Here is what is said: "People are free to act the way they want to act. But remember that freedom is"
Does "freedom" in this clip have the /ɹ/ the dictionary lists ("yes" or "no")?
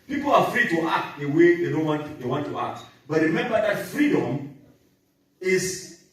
yes